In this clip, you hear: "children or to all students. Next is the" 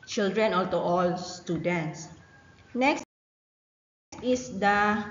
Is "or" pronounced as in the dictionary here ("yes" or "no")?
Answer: no